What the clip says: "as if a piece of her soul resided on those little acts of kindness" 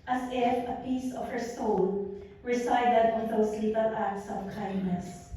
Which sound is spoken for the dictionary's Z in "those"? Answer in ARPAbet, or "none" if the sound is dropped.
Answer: S